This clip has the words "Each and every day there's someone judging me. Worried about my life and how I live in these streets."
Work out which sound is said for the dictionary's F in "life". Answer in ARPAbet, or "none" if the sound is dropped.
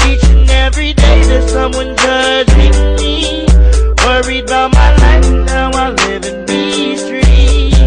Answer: none